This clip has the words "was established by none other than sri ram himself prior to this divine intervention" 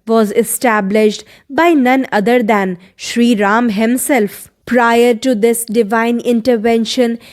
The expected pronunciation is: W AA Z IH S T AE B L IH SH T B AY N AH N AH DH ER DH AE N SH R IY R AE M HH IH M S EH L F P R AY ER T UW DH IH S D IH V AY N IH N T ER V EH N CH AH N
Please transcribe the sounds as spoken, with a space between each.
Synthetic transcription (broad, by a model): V AA Z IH S T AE B L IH SH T B AY N AH N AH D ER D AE N SH R IY R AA M HH IH M S EH L F P R AY ER T UW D IH S D IH V AY N IH N T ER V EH N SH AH N